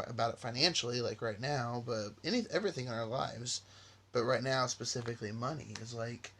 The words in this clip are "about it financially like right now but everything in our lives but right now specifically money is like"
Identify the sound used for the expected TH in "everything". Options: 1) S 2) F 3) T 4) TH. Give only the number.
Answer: 4